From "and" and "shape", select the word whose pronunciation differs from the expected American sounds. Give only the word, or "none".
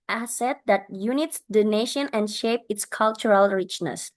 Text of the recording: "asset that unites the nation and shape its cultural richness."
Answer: none